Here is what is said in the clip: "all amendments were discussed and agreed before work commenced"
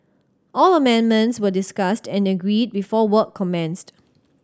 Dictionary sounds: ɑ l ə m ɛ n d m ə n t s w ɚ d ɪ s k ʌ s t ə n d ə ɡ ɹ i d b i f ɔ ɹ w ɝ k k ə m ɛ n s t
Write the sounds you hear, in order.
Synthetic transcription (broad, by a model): ɑ l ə m ɛ n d m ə n t s w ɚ d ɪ s k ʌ s t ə n ə ɡ ɹ i d b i f ɔ w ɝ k k ə m ɛ n s t